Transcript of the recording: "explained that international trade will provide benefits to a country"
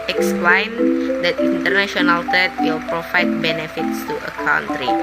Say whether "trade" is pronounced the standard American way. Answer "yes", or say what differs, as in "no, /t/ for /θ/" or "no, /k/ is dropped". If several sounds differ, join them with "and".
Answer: no, /ɹ/ is dropped